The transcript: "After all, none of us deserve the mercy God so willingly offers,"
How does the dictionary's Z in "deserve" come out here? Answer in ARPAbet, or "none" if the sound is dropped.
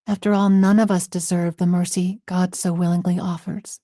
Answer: Z